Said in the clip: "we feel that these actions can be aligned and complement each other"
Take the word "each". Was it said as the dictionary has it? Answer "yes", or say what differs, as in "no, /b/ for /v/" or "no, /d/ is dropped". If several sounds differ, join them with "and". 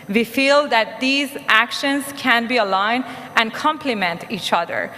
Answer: yes